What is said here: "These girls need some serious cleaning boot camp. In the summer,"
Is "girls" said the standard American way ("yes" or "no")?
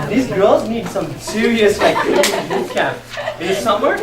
yes